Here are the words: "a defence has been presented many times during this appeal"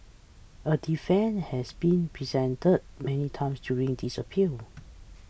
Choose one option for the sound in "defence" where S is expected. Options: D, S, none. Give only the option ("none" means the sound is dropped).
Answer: none